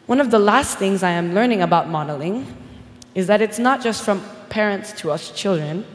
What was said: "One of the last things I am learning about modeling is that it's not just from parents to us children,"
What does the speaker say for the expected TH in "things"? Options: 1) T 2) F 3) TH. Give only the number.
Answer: 3